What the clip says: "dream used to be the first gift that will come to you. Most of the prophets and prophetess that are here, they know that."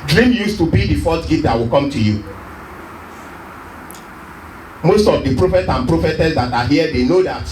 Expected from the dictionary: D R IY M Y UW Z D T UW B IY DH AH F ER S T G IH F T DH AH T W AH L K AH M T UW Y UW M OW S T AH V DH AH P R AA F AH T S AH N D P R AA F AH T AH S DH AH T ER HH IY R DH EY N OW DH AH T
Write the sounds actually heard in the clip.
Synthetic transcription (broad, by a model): D R IY M Y UW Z T UW B IY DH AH F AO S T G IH T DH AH T W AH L K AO M T UW Y UW M OW S T AH V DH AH P R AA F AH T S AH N P R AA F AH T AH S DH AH T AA HH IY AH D EY N OW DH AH T